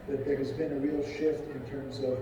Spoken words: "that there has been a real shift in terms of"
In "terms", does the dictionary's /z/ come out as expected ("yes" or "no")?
yes